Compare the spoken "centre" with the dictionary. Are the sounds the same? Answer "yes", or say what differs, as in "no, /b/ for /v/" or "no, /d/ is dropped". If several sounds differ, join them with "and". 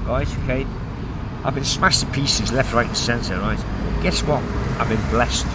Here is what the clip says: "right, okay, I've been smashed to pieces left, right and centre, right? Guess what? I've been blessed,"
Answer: no, /s/ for /t/